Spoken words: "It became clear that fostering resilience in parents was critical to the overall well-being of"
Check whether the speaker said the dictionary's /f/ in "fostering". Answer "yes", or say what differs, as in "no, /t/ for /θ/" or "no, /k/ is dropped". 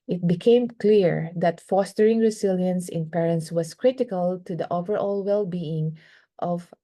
yes